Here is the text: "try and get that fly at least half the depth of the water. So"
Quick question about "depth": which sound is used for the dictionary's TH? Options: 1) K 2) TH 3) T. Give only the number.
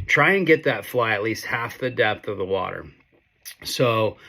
2